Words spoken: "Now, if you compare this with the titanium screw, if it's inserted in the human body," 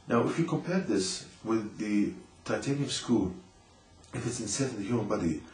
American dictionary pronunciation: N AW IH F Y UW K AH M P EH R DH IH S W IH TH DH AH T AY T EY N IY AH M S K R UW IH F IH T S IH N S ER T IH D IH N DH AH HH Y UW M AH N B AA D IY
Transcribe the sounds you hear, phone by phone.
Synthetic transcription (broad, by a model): N AW IH F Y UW K AH M P EH R DH IH S W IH DH AH T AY T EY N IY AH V S K UW IH F IH T S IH N S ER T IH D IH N DH AH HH Y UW M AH N B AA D IY